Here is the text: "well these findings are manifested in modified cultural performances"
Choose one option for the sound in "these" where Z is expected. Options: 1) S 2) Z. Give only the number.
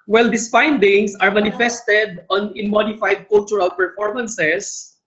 1